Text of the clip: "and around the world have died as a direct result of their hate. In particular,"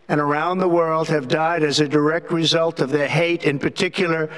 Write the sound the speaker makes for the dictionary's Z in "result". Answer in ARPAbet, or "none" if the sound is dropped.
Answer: Z